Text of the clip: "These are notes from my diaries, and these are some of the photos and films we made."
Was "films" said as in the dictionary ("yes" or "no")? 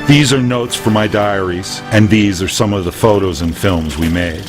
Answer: yes